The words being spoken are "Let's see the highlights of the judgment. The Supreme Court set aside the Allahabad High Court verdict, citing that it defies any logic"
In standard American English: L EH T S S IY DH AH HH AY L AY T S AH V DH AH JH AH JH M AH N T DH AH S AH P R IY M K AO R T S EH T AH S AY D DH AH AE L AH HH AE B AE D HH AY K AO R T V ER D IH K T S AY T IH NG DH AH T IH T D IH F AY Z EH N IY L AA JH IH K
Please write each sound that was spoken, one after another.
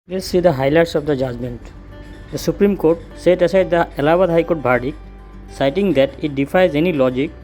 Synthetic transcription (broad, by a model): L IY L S S IY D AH HH AY L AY T S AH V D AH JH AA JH M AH N T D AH S AH P R IY M K AO R T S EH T AH S AY D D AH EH L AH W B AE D HH AY K AO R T B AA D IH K S AY T IH NG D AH T IH T D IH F AY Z EH N IY L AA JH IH K